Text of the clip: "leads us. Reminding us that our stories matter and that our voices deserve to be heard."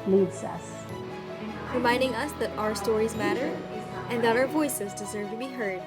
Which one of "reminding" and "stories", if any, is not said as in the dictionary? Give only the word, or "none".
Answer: none